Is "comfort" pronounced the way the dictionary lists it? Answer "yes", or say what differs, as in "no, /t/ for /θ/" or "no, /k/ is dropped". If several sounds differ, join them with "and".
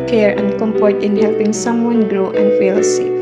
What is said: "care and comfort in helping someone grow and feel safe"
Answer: no, /p/ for /f/